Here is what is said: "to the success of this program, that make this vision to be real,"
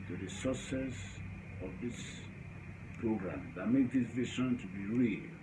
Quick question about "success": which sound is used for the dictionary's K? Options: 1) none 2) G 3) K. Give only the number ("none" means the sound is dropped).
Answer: 1